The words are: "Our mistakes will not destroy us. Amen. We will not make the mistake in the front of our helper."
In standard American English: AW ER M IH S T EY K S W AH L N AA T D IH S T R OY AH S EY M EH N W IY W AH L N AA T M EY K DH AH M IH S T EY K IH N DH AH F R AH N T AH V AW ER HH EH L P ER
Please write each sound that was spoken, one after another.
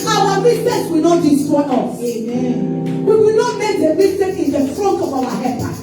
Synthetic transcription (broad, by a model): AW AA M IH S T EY S W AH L N AA T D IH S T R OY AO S EY M EH N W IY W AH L N AA T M EY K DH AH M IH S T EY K IH N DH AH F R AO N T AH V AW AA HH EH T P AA